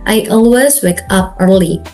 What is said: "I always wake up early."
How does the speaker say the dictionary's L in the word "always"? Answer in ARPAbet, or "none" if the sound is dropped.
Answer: L